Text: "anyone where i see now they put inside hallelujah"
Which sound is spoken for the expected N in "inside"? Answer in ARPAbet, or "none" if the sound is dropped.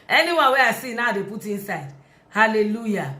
N